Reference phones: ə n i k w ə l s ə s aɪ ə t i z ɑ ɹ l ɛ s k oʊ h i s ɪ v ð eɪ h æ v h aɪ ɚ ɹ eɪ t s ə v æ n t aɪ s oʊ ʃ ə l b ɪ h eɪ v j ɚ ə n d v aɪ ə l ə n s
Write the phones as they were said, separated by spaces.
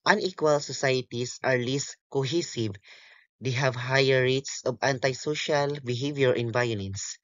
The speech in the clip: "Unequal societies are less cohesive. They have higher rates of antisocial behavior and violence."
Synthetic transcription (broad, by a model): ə n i k w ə l s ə s aɪ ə t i s ɑ ɹ l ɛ s k oʊ h i s ɪ v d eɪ h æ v h aɪ ɚ ɹ eɪ t s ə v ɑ n t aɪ s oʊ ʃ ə l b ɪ h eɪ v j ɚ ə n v aɪ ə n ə n s